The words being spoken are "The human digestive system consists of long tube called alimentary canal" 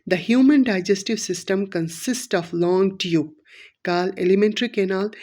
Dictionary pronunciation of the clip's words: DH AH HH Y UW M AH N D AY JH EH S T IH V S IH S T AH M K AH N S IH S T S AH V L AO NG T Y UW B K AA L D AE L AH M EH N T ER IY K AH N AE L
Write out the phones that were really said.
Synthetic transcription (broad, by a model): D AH HH Y UW M AH N D AY JH EH S T IH V S IH S T AH M K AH N S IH S T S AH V L AO NG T Y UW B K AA L EH L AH M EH N T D IY K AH N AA L